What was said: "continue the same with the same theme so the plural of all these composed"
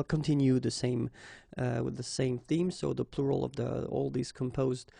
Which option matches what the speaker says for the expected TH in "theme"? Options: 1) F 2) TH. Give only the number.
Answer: 2